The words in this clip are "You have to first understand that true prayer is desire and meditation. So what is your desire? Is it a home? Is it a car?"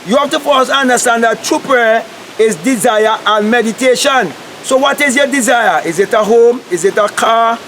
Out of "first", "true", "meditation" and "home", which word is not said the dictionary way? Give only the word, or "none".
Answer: first